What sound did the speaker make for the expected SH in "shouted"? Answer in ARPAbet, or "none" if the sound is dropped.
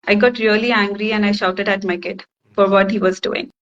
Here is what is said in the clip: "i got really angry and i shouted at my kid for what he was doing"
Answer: SH